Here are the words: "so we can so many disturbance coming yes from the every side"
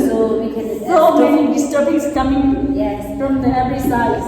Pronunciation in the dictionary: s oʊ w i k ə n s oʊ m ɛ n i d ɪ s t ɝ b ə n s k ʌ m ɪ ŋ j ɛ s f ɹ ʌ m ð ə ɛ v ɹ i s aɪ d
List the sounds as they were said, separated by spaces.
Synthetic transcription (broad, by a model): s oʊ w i k ə n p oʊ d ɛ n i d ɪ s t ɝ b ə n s k ʌ m ɪ ŋ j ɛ f ɹ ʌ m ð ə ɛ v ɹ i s aɪ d